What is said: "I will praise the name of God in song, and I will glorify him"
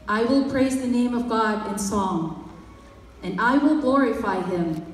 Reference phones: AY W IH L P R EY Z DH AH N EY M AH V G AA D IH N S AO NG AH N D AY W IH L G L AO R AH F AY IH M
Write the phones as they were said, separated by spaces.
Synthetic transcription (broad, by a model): AY W IH L P R EY Z DH AH N EY M AH V G AA D IH N S AO NG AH N AY W IH L G L AO R AH F AY IH M